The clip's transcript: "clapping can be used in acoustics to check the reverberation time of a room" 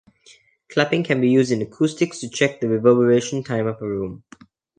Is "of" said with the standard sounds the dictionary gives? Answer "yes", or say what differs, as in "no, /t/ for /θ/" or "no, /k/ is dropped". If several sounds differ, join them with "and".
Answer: no, /p/ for /v/